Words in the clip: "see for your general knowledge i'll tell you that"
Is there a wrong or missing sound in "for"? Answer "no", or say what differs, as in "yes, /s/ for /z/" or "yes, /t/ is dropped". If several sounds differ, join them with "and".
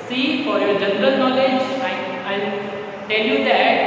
no